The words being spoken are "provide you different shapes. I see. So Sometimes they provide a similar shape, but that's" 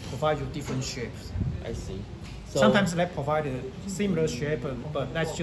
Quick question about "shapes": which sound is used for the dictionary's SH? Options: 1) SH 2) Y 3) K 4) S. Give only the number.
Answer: 1